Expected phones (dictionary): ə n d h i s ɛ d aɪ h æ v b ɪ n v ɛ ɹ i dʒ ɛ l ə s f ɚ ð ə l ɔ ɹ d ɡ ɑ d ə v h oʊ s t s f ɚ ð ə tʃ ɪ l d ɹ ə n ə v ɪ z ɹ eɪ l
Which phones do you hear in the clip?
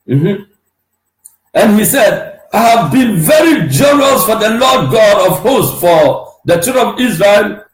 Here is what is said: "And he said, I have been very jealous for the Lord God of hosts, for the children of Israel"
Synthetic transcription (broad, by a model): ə n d h i s ɛ d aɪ h æ v b ɪ n v ɛ ɹ i dʒ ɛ n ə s f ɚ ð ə l ɔ d ɡ ɑ d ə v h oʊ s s f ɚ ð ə tʃ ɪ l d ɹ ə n ə v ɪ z ɹ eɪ l